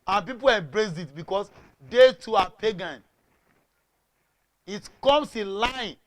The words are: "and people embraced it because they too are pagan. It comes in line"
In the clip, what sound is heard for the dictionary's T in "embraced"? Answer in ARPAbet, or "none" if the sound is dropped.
none